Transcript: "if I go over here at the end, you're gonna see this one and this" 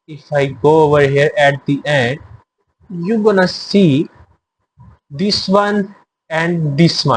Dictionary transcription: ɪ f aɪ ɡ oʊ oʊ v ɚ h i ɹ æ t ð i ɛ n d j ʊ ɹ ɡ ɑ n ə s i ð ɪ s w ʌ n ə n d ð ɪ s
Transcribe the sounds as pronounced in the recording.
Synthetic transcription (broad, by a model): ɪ f aɪ ɡ oʊ oʊ v ɚ h i ɹ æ t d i ɛ n d j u ɡ ɑ n ə s i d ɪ s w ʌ n ə n d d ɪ s